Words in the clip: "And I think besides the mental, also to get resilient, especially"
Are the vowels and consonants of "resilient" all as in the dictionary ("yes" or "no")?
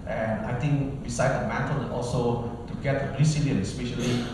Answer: no